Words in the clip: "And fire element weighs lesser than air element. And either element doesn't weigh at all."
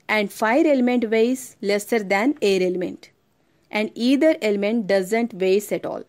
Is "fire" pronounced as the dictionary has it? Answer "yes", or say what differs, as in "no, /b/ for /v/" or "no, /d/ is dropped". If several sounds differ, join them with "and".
yes